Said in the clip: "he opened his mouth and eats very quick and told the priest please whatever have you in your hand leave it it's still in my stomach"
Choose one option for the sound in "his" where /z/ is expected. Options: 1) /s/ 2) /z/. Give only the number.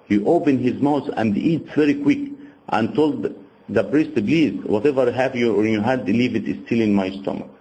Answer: 2